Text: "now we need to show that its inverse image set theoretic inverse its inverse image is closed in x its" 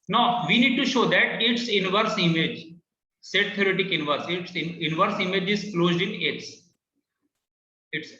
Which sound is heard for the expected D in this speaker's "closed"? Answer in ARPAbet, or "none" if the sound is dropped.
D